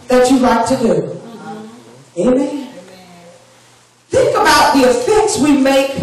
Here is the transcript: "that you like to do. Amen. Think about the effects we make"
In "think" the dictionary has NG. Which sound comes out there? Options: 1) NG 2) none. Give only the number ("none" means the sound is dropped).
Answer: 1